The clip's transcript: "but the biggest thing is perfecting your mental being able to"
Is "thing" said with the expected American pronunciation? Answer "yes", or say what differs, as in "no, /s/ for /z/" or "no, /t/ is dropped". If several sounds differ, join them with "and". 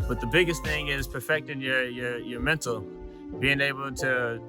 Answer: yes